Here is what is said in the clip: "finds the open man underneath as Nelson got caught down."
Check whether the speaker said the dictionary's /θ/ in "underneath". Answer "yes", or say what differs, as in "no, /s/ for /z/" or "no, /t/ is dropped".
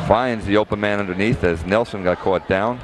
yes